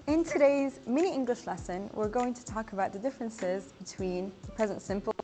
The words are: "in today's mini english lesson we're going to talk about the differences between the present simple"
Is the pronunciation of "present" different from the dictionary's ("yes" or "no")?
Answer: no